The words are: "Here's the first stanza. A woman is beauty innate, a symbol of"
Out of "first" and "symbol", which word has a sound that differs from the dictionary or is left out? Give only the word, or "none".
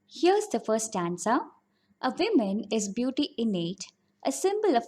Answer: first